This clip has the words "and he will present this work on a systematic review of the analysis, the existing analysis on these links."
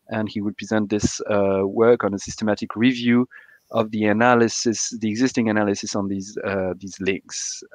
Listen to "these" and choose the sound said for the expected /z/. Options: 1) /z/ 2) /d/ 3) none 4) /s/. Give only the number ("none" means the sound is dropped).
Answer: 1